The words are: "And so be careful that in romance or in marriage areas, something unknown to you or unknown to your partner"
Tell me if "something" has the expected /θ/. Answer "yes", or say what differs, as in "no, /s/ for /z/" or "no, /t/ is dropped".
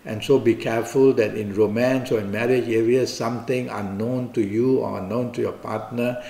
no, /t/ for /θ/